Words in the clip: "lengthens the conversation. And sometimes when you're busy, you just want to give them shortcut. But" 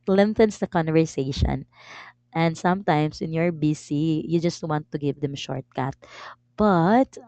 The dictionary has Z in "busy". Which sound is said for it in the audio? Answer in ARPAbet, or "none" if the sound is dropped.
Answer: S